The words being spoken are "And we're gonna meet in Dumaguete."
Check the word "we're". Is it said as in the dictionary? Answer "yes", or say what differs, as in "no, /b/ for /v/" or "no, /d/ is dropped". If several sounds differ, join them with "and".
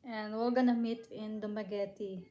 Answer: no, /l/ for /ɹ/